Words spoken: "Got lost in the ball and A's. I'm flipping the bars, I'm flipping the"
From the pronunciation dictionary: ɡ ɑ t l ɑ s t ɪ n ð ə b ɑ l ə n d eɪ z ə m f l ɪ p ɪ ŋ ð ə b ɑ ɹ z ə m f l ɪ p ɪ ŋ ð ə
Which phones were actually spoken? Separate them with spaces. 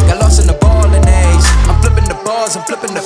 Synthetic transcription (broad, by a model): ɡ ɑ l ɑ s ɪ n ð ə b ɑ l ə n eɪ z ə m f l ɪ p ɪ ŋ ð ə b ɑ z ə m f l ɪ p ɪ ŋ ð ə